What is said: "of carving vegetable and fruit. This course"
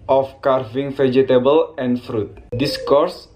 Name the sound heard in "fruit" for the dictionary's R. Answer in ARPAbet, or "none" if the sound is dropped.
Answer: R